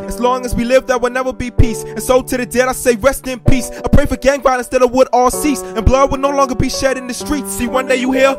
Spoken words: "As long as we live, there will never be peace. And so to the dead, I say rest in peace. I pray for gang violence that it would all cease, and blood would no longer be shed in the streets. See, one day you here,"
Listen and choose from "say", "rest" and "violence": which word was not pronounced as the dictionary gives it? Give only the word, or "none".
violence